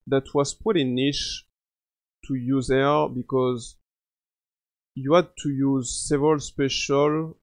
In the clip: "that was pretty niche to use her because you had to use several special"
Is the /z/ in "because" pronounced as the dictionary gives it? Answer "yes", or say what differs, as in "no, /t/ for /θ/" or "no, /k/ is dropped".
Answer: yes